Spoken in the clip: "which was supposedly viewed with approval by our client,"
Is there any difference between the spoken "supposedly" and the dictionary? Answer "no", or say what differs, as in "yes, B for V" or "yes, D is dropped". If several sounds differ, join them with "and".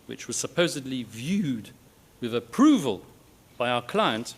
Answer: no